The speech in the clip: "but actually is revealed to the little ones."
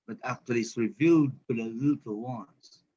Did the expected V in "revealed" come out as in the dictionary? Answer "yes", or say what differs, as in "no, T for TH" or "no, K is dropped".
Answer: yes